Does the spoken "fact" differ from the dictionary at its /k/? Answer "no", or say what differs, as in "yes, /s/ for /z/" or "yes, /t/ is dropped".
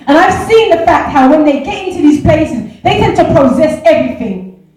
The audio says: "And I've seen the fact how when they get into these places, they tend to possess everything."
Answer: no